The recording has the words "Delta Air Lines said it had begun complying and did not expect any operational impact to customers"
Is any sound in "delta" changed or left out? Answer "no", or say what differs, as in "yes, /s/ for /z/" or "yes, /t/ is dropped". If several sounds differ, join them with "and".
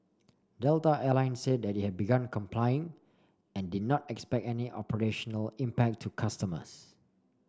no